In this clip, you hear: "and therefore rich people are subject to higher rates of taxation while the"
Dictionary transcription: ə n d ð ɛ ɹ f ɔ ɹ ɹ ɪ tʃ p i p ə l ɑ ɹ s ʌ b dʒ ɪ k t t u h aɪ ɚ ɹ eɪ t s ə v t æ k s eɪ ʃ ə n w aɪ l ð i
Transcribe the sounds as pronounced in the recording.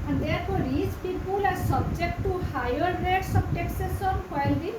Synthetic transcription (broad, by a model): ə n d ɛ ɹ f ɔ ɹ ɹ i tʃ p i b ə l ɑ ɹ s ʌ b dʒ ɪ k t t u h aɪ ɚ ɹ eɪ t s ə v t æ k s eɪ s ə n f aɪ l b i